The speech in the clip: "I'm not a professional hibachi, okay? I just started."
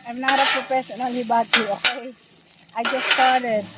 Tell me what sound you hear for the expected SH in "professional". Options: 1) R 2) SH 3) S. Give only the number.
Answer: 3